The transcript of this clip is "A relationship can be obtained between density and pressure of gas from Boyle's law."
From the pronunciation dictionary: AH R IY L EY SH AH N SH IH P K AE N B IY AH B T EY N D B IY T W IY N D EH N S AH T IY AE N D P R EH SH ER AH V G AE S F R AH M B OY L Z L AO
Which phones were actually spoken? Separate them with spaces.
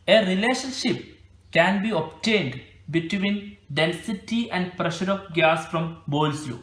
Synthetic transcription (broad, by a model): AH R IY L EY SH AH N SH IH P K AE N B IY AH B T EY N D B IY T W IY N D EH L S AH T IY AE N D P R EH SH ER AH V G AE S F R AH M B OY L S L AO